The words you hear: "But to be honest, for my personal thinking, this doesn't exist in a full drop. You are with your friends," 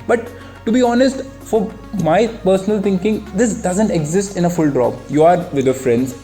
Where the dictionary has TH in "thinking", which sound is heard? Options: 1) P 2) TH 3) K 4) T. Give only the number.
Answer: 4